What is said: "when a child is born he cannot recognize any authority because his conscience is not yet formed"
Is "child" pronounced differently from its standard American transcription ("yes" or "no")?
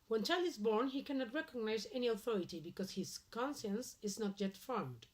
yes